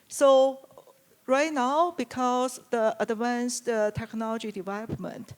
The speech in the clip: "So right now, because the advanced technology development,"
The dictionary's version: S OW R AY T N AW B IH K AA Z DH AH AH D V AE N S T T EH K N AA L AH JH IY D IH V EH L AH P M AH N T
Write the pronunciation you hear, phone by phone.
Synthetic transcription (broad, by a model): S OW R AY T N AW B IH K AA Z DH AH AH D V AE N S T T EH K N AA L AH JH IY D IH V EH L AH P M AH N T